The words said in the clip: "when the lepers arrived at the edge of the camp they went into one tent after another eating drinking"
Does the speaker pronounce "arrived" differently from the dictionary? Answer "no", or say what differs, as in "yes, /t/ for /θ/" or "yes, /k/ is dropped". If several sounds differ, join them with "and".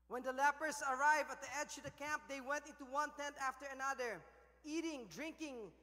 yes, /d/ is dropped